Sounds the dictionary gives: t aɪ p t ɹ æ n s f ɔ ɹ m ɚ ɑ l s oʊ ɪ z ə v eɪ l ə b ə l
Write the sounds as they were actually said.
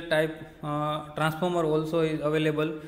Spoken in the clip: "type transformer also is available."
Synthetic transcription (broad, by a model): t aɪ p t ɹ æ n s p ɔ ɹ m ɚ ɑ l s oʊ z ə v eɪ l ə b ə l